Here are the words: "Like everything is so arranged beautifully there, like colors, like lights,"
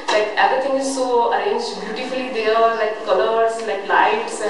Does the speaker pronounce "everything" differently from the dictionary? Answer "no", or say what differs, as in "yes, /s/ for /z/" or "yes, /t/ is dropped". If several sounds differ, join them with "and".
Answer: yes, /t/ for /θ/